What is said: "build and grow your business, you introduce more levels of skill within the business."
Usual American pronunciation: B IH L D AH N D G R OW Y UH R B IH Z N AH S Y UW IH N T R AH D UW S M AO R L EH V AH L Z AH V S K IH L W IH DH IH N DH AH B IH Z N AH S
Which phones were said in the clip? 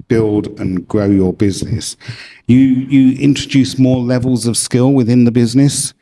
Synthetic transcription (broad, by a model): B IH L D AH N G R OW Y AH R B IH Z N AH S Y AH IH N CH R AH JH UW S M AO L EH V AH L Z AH V S K IH L W IH DH IH N DH AH B IH Z N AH S